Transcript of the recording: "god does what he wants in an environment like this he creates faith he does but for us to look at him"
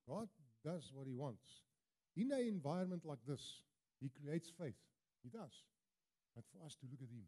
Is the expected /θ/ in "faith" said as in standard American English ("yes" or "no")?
yes